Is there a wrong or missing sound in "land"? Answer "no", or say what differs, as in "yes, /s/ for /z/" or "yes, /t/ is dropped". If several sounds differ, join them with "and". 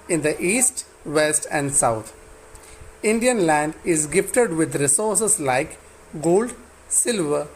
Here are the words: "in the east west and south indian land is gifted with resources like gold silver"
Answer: no